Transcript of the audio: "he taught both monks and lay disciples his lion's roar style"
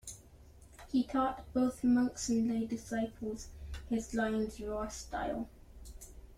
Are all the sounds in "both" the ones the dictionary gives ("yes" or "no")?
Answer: yes